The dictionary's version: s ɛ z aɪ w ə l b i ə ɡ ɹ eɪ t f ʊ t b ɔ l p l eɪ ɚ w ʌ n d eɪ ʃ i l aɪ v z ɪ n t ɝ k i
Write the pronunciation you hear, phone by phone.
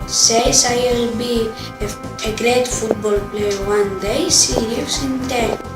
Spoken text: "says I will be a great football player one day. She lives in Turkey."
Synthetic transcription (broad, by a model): s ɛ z aɪ w ə l b i ə ɡ ɹ eɪ t f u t b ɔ l p l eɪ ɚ w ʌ n d eɪ s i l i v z ɪ n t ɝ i